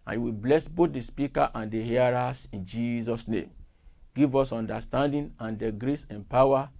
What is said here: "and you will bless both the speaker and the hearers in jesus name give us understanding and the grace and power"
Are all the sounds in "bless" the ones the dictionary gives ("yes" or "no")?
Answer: yes